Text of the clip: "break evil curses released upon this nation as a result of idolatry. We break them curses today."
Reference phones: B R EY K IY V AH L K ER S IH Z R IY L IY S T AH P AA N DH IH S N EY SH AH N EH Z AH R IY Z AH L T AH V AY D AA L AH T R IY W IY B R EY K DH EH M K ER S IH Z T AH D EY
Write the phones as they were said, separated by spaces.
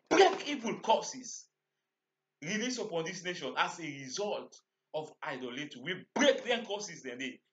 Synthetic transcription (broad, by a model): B R EY K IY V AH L K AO S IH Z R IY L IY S AH P AA N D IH S N EY SH AH N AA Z AH R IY Z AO L T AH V AY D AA L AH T IY W IY B R EY K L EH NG K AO S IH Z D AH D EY